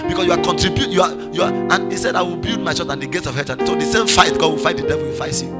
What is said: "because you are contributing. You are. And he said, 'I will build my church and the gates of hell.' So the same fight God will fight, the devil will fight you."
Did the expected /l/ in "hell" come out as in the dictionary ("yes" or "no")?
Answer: no